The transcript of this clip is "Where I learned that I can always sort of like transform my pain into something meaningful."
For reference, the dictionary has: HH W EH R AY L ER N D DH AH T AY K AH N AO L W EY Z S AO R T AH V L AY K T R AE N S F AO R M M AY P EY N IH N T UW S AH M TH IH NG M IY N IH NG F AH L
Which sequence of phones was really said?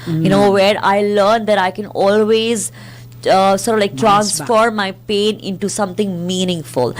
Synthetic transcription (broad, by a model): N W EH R AY L ER N D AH T AY K AH N AO L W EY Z S AO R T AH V L AY K T R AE N S F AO R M M AY P EY N IH N T UW S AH M T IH NG M IY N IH NG F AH L